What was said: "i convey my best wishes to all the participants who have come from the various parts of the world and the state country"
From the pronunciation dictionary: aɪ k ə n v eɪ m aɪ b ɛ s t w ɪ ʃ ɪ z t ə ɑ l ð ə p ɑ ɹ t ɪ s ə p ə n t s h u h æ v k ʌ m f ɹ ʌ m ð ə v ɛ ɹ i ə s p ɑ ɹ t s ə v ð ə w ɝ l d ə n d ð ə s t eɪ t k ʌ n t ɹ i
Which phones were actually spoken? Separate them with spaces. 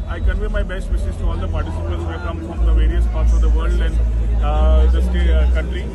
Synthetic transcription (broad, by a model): aɪ k ə n v eɪ m aɪ b ɛ s t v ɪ s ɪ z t ɑ l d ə p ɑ ɹ t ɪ s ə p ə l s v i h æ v k ʌ m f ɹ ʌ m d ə v ɛ ɹ i ə s p ɑ ɹ t s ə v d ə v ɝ l d ə n d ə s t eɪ k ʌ n t ɹ i